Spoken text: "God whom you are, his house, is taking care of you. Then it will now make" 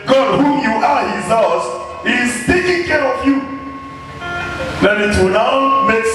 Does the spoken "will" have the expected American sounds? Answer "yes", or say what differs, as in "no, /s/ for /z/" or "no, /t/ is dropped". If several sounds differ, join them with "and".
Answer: no, /n/ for /l/